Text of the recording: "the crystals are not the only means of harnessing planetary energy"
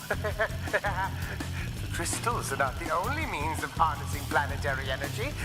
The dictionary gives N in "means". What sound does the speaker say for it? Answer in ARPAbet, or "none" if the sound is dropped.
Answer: N